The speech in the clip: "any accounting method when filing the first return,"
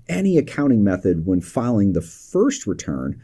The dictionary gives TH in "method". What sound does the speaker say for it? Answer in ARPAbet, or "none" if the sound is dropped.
TH